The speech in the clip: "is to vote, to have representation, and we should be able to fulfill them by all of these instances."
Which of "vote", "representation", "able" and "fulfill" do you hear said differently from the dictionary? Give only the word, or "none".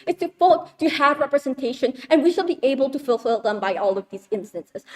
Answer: vote